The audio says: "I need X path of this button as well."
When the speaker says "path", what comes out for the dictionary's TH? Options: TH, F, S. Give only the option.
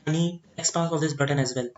S